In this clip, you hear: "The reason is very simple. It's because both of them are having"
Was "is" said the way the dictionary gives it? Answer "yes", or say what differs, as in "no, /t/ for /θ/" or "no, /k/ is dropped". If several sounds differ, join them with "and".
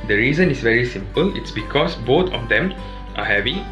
no, /s/ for /z/